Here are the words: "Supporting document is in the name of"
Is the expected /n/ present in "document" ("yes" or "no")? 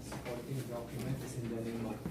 no